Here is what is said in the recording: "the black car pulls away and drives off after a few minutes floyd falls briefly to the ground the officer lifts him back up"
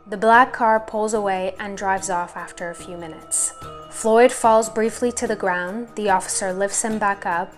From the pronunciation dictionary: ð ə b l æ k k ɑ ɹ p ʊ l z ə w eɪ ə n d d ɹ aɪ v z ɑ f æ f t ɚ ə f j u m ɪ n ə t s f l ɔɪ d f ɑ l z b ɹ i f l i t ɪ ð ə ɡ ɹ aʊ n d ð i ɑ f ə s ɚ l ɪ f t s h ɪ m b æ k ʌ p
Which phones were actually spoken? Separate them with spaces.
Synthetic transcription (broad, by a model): ð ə b l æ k k ɑ ɹ p ʊ l z ə w eɪ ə n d d ɹ aɪ v z ɑ f æ f t ɚ ə f j u m ɪ n ə t s f l ɔɪ d f ɑ l z b ɹ i f l i t ɪ ð ə ɡ ɹ aʊ n ð i ɑ f ə s ɚ l ɪ f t s h ɪ m b æ k ʌ p